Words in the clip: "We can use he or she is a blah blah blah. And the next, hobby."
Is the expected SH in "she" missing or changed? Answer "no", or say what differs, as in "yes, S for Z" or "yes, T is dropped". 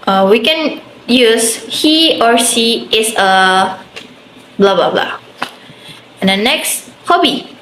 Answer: yes, S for SH